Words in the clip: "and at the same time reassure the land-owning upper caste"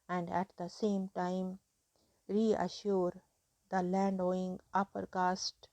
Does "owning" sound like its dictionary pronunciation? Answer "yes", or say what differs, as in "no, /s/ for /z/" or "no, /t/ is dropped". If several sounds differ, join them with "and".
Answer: no, /n/ is dropped